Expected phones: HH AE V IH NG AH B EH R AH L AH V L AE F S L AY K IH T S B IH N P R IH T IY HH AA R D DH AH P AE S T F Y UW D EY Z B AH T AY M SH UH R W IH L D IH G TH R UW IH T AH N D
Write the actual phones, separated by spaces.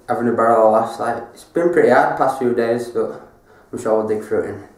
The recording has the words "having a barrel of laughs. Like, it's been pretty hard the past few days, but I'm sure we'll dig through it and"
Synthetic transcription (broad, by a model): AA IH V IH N AH B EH R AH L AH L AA S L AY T IH T S B IH N P R IH T IY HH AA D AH P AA S T F Y UW D EY Z B AH T AY M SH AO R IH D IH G F R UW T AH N